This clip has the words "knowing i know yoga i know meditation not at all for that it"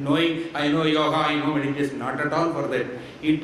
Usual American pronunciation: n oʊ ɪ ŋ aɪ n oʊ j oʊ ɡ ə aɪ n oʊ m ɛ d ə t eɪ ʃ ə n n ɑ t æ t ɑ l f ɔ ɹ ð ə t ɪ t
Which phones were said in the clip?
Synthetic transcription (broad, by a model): n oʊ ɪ ŋ aɪ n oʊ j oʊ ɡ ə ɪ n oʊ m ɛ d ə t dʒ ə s n ɑ t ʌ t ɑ n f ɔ ɹ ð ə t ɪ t